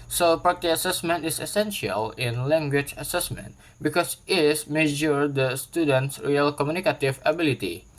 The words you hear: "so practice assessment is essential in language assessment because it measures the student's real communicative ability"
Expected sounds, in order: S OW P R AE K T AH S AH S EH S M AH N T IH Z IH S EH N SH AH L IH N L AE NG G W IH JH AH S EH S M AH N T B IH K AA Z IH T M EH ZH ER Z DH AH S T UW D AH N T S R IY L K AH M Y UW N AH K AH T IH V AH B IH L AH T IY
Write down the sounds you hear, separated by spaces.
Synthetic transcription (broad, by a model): S OW P AA T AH AH S EH S M AH N T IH S IH S EH N SH AH L IH N L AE NG G W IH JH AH S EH S M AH N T B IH K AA S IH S M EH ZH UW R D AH S T UW D AH N T S R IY L K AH M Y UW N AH K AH T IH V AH B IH L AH T IY